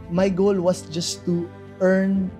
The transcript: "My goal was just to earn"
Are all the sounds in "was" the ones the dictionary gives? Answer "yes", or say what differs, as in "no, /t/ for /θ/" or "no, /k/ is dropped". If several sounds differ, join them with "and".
no, /s/ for /z/